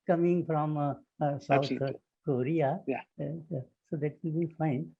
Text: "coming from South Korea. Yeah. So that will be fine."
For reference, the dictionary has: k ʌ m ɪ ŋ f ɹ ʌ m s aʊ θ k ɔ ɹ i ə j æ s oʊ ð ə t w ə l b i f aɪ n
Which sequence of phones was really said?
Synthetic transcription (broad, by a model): k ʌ m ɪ ŋ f ɹ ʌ m s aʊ t k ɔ ɹ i j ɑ s oʊ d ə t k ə n b i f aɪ n